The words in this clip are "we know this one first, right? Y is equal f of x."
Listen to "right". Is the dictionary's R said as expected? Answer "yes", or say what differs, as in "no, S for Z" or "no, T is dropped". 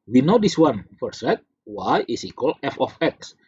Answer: no, W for R